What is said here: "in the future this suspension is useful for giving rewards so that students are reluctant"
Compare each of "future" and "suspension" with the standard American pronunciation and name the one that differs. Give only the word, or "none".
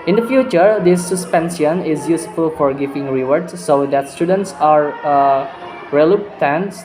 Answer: suspension